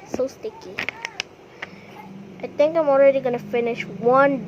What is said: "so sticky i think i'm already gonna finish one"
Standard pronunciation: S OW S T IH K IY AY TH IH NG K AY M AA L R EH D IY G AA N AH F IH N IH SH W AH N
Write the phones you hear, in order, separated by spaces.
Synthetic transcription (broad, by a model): S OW S T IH K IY AY T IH NG K AY M AA L R EH D IY G AA N AH F IH N IH SH W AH N